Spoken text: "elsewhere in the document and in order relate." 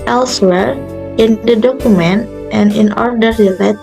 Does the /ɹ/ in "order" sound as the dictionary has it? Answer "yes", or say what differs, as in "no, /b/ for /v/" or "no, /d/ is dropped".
yes